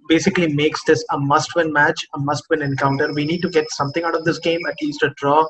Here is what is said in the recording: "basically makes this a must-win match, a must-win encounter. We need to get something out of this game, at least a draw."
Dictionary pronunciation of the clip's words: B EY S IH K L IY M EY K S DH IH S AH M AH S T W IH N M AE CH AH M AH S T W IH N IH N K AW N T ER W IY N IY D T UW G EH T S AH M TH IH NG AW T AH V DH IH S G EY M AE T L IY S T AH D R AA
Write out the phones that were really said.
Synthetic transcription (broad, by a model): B EY S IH K L IY M EY K S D IH S AH M AH S T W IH N M AE CH AH M AH S T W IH N IH N K AW N T ER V IY N IY D T UW G EH T S AH M T IH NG AW T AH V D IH S G EY M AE T L IY S T AH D R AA